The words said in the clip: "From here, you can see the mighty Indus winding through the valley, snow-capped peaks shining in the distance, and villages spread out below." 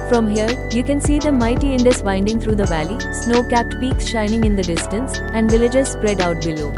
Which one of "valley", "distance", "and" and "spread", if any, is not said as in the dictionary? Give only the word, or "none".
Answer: none